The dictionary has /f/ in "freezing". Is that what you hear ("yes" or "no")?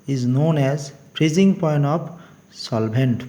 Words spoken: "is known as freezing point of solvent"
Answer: no